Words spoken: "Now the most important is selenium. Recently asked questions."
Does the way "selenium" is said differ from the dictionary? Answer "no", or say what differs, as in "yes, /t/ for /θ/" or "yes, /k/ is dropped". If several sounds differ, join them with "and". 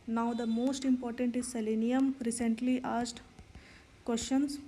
no